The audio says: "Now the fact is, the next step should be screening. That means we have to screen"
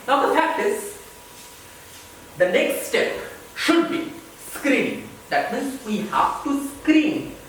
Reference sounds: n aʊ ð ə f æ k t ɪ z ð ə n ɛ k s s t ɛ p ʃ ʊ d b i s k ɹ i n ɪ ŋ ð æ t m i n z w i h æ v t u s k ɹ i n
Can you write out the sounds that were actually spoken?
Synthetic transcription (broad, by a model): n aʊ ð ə p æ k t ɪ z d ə n ɛ k s s t ɛ p ʃ ʊ d b i s k ɹ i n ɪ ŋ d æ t m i n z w i h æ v t u s k ɹ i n